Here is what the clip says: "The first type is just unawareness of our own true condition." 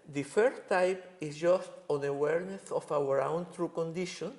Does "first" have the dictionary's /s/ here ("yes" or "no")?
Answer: no